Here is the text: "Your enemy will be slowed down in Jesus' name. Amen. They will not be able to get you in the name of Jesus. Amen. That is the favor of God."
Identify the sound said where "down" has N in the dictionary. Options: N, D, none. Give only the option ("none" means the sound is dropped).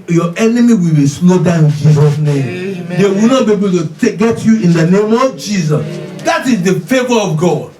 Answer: none